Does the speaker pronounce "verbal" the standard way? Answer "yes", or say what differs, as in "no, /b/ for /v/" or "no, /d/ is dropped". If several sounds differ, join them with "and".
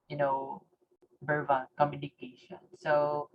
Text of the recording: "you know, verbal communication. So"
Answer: no, /b/ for /v/